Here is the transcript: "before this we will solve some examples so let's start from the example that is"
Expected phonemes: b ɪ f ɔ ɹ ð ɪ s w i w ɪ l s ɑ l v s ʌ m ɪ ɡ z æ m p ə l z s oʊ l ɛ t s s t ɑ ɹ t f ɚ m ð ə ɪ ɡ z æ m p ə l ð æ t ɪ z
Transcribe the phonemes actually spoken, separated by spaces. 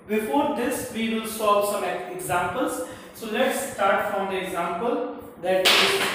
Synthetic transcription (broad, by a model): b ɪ f ɔ ɹ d ɪ s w i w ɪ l s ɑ v s ʌ m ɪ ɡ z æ m p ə l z s oʊ l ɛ t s s t ɑ ɹ t f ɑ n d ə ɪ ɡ z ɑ m p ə l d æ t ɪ